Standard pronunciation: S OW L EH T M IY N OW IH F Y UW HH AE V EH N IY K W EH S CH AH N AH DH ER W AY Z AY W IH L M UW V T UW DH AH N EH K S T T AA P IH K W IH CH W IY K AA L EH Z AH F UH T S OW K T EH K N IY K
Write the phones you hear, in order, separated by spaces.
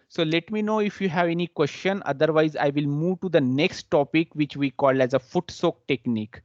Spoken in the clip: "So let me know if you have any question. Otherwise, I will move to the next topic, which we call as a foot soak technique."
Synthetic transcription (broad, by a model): S OW L EH T M IY N OW IH F Y UW HH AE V EH N IY K W EH S CH AH N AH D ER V AY Z AY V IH L M UW V T UW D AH N EH K S T T AA P IH K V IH CH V IY K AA L EH Z AH F UH T S OW K T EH K N IY K